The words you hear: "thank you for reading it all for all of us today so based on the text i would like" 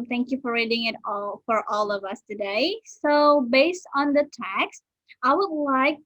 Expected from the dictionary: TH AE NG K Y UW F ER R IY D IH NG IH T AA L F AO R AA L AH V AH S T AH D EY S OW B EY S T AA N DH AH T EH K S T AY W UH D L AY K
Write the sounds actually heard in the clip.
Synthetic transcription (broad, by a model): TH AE NG K Y UW F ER R IY D IH NG IH T AA L F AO R AA L AH V AH S T AH D EY S OW B EY S T AA N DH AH T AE K S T AY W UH D L AY K